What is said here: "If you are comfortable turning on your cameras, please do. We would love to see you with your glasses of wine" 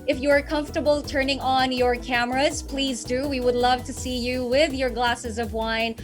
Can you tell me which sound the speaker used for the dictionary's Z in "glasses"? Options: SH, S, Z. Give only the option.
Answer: Z